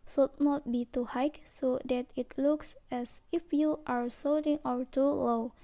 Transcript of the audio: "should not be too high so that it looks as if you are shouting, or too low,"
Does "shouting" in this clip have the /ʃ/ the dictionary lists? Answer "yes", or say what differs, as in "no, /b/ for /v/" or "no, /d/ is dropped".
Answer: no, /s/ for /ʃ/